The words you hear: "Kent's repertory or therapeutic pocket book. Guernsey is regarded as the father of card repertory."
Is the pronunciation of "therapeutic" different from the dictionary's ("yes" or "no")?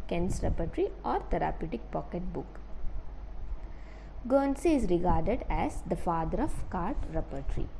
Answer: yes